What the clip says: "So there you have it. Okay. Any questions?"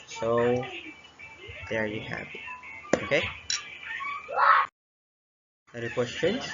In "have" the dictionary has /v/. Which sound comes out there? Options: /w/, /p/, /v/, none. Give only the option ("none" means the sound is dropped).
/p/